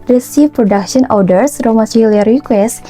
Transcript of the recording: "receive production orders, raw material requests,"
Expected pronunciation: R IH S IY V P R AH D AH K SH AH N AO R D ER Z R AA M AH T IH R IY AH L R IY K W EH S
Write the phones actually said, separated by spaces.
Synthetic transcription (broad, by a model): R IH S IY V P R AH D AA K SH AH N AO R D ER S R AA M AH S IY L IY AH R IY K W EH S